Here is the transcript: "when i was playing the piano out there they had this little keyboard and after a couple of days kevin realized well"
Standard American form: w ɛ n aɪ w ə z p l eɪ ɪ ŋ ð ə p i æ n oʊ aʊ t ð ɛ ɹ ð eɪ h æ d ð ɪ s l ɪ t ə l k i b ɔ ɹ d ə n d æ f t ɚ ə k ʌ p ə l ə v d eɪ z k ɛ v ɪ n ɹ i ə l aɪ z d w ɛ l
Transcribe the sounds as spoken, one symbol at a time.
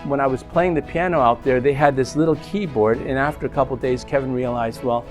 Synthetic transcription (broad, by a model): w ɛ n aɪ w ə z p l eɪ ɪ ŋ ð ə p i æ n oʊ aʊ t ð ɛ ɹ ð eɪ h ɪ d ð ɪ s l ɪ t l k i b ɔ ɹ d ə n æ f t ɚ ə k ʌ p l d eɪ z k ɛ v ɪ n ɹ i ə l aɪ z d w ɛ l